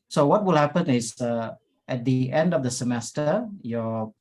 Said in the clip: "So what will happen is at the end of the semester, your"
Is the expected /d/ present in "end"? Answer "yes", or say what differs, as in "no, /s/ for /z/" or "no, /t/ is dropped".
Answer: yes